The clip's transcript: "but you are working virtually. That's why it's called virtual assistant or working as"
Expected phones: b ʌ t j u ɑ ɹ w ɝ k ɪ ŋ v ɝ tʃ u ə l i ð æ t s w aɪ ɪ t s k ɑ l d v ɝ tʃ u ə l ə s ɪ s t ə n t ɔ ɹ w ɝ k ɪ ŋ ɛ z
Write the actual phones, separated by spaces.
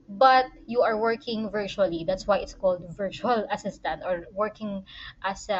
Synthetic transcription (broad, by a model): b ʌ t j u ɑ ɹ w ɝ k ɪ ŋ v ɝ tʃ u ə l i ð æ t s w aɪ ɪ t s k ɑ l d v ɝ tʃ u ə l ə s ɪ s t ə n t ɔ ɹ w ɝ k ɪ ŋ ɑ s